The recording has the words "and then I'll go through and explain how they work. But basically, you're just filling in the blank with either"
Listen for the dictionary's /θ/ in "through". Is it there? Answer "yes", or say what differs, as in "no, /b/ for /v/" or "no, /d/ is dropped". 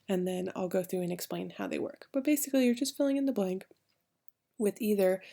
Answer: yes